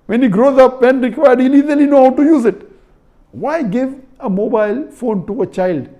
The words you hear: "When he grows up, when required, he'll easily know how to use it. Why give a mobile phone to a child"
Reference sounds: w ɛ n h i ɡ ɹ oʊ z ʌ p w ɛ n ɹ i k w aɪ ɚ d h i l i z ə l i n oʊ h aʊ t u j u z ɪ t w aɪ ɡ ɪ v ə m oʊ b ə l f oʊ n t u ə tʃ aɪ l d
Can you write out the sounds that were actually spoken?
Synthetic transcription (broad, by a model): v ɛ n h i ɡ ɹ oʊ z ʌ p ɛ n ɹ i k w aɪ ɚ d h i l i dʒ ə l i n oʊ h aʊ t u j u z ɪ t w aɪ ɡ ɪ v ə m oʊ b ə l f oʊ n t u ə tʃ aɪ l d